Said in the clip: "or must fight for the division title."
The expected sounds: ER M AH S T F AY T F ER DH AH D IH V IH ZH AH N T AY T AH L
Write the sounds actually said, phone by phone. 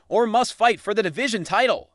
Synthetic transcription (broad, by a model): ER M AH S T F AY T F ER DH AH D IH V IH ZH AH N T AY T L